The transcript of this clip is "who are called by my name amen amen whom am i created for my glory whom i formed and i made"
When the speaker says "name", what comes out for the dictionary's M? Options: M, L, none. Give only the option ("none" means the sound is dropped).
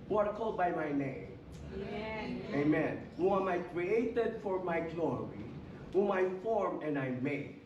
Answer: none